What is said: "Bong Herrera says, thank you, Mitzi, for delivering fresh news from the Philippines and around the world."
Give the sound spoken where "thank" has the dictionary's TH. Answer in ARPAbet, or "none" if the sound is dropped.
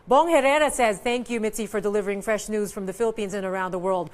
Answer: TH